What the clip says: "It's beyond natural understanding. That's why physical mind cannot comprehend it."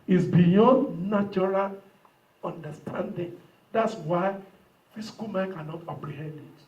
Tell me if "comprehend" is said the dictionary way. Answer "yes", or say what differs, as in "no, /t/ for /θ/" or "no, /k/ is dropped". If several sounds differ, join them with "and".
no, /m/ is dropped